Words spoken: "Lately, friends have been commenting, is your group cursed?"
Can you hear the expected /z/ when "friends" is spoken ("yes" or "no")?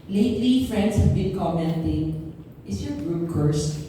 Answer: no